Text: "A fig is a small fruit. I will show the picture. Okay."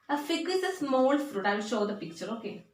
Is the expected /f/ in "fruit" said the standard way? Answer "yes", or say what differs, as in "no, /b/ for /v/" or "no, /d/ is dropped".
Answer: yes